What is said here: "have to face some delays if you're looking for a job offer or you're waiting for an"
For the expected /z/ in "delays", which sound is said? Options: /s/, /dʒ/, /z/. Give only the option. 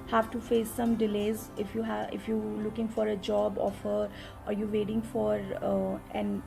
/z/